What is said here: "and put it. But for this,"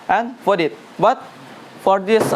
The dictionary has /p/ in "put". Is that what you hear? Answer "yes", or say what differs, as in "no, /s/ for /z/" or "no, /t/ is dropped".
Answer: no, /f/ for /p/